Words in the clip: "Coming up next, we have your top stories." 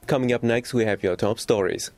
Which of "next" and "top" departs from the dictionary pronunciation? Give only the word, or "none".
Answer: none